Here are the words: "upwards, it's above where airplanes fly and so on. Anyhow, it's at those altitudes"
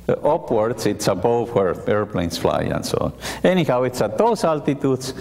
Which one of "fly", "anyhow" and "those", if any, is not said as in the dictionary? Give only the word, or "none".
those